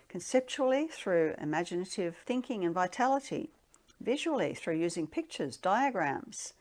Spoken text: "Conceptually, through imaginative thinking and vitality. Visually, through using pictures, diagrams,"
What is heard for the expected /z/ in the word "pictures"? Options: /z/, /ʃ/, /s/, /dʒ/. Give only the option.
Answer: /z/